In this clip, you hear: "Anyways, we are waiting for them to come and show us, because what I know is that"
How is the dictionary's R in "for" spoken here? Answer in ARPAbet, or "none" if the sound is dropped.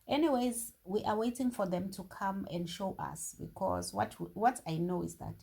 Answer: R